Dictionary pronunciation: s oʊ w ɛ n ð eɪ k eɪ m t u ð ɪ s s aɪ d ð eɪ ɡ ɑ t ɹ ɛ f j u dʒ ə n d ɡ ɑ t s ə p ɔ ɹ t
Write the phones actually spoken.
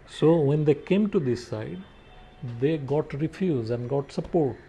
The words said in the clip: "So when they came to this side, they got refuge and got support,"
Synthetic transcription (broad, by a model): s oʊ w ɛ n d eɪ k eɪ m t u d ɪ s s aɪ d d eɪ ɡ ɑ t ɹ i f j u z ə n d ɡ ɑ t s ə p ɔ ɹ t